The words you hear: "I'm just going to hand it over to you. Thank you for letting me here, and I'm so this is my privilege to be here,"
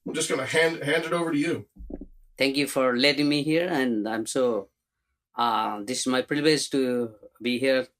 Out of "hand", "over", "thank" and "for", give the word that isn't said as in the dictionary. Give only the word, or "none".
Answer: thank